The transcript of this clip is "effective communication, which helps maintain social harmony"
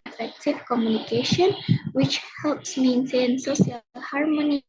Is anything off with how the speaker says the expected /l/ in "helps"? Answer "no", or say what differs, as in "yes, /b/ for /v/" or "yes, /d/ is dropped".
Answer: no